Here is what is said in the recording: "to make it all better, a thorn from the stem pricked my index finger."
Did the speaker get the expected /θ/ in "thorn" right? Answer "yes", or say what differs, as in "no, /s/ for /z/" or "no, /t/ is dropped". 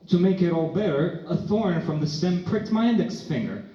yes